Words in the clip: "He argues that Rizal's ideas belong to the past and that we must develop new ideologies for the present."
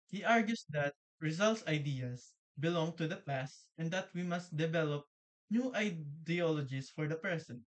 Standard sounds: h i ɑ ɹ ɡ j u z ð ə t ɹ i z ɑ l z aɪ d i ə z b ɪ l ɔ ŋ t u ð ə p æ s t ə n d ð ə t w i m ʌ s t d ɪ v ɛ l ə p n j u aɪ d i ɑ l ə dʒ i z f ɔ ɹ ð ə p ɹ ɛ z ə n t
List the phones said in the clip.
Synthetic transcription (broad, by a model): h i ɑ ɹ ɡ j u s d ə t ɹ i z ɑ l s aɪ d i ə s b ɪ l ɔ ŋ t u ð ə p æ s t ə n d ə t w i m ʌ s t d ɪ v ɛ l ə p n j u aɪ d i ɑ l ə dʒ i s f ɔ ɹ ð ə p ɹ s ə n